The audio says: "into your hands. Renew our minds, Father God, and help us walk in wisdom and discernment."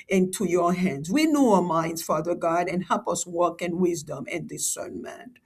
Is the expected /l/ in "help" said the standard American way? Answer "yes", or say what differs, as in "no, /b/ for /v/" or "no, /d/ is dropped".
yes